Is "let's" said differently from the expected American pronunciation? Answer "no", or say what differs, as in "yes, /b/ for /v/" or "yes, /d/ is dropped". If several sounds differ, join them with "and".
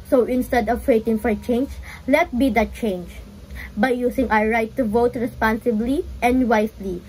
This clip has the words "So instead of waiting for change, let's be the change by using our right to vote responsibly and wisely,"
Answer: yes, /s/ is dropped